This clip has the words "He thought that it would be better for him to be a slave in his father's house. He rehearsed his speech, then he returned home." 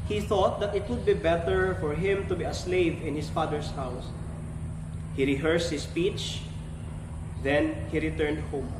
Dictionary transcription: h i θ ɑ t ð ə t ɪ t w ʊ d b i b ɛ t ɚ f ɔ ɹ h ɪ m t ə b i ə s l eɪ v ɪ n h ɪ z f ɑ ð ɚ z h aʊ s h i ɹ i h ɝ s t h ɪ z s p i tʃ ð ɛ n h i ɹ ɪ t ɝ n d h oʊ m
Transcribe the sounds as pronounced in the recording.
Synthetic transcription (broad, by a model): h i θ ɑ t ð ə t ɪ t w ʊ d b i b ɛ t ɚ f ɔ ɹ h ɪ m t ə b i ə s l eɪ v ɪ n h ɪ s f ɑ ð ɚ s h aʊ s h i ɹ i h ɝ s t h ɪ s p i tʃ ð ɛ n h i ɹ ɪ t ɝ n d h oʊ m